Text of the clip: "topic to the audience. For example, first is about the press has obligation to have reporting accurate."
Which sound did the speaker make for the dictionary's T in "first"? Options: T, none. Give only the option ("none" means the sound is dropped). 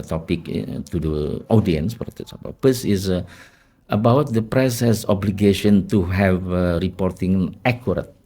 none